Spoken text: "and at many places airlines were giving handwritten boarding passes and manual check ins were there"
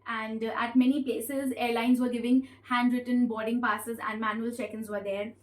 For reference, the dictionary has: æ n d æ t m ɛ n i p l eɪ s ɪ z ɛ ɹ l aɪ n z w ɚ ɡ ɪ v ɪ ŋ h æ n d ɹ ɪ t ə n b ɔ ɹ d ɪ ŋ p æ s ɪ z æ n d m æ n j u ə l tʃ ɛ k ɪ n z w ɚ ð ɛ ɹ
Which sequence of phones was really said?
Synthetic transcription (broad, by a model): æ n d æ t m ɛ n i p l eɪ s ɪ z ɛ ɹ l aɪ n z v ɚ ɡ ɪ v ɪ ŋ h æ n d ɹ ɪ t ə n b ɔ ɹ d ɪ ŋ p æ s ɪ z æ n d m æ n j u ə l tʃ ɛ k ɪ n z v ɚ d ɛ ɹ